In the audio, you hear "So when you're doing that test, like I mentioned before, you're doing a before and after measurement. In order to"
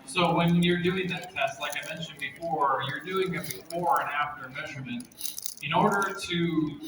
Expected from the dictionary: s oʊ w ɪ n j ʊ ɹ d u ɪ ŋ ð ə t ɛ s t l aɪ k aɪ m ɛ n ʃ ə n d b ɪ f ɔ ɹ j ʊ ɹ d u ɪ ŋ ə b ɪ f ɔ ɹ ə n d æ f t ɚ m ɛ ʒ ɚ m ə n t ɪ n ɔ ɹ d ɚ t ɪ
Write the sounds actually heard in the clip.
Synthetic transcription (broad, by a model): s oʊ w ɪ n j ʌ ɹ d u ɪ ŋ ð ə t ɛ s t l aɪ k aɪ m ɛ n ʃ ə n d b ɪ f ɔ ɹ j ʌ ɹ d u ɪ ŋ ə b ɪ f ɔ ɹ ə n æ f t ɚ m ɛ ʒ ɚ m ə n t ɪ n ɔ ɹ d ɚ t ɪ